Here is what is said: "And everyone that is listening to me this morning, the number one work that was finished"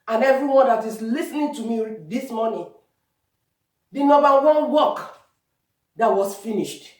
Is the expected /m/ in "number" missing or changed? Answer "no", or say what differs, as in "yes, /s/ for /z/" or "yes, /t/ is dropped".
yes, /m/ is dropped